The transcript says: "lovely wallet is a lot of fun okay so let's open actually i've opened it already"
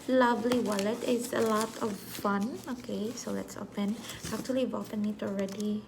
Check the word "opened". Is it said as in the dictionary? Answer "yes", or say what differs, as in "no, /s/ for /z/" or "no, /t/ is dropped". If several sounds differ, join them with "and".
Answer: no, /d/ is dropped